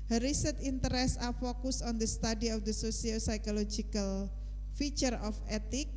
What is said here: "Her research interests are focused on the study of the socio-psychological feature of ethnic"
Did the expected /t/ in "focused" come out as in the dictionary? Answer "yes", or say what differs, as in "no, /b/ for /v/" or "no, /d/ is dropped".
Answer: no, /t/ is dropped